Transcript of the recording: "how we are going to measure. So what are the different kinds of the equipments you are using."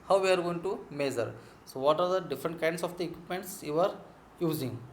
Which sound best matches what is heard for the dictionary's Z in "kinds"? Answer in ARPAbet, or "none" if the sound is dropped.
S